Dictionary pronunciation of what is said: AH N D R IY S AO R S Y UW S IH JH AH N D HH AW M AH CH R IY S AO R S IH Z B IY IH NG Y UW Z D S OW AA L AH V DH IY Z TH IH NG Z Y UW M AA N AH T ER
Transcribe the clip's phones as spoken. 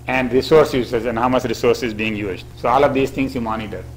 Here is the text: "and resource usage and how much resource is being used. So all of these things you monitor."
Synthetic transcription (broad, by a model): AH N D R IY S AO R S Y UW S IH Z AH N D HH AW M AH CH R IY S AO R S IH Z B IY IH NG Y UW Z D S OW AA L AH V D IY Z T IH NG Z Y UW M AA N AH T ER